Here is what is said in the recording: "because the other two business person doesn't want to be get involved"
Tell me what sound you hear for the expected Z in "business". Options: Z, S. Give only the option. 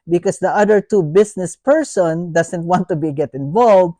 S